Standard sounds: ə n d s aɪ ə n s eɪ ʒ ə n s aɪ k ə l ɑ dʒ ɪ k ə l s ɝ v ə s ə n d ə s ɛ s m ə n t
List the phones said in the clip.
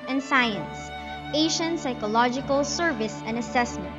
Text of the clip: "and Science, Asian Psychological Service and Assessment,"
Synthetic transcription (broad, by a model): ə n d s aɪ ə n s eɪ ʃ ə n s aɪ k ə l ɑ dʒ ɪ k ə l s ɝ v ə s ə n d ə s ɛ s m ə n t